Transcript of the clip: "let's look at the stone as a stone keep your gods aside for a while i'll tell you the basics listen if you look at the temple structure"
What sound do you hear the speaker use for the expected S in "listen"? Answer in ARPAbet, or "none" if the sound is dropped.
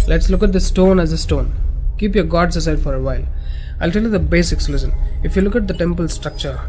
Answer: SH